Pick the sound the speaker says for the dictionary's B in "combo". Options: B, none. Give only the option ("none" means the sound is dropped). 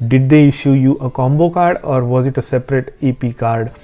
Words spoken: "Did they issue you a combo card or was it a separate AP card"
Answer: B